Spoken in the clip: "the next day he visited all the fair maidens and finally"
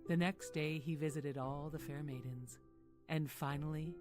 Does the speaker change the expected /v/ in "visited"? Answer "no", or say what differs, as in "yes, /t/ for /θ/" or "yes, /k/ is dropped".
no